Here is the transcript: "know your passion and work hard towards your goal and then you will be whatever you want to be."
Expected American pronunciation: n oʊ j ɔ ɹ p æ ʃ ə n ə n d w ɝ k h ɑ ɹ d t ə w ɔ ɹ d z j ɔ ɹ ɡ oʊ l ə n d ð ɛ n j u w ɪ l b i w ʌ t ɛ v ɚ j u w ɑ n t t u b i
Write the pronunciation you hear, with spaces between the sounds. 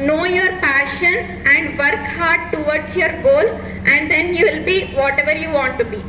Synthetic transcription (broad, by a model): n oʊ j ɔ ɹ p æ ʃ ə n ə n d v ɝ k h ɑ ɹ d t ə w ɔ ɹ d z j ɔ ɹ ɡ oʊ l ə n d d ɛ n j u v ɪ l b i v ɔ t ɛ v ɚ j u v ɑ n t t u b i